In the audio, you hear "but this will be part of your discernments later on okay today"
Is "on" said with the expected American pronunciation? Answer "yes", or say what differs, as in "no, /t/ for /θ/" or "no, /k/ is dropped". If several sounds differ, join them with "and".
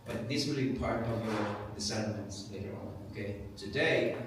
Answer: yes